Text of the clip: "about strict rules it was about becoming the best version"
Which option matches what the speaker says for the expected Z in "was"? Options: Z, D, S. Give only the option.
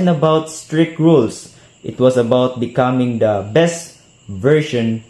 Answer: S